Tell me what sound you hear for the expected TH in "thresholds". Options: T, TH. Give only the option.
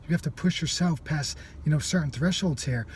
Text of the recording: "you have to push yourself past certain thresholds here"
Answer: TH